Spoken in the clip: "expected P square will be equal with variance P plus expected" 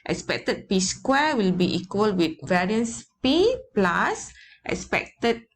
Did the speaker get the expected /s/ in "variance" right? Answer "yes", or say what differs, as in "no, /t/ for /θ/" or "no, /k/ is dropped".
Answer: yes